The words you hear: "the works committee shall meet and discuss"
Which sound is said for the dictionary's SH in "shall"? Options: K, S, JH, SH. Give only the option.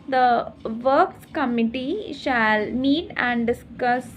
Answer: SH